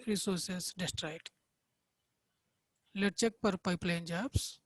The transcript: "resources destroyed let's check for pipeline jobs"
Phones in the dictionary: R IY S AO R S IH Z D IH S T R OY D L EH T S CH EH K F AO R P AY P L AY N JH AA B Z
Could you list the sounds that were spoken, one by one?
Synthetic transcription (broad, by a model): R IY S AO R S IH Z D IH S T R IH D L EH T CH EH K P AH R P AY P L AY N JH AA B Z